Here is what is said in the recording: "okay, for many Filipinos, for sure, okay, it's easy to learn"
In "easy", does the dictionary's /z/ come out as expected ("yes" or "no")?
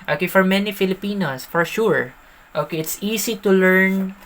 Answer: no